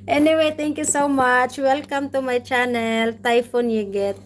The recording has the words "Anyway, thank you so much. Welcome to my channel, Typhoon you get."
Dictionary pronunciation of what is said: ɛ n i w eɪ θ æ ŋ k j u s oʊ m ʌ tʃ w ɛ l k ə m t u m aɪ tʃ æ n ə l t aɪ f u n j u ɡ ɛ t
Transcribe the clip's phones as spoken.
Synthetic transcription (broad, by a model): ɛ n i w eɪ t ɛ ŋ k j u s oʊ m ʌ tʃ w ɛ l k ə m t u m aɪ tʃ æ n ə l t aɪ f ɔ n j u ɡ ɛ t